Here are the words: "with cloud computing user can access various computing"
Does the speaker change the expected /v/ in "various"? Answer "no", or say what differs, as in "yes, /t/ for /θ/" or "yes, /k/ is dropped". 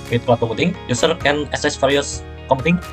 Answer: yes, /f/ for /v/